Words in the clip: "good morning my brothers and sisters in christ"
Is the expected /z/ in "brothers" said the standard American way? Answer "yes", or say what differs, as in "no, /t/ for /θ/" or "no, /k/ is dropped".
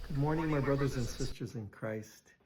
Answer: yes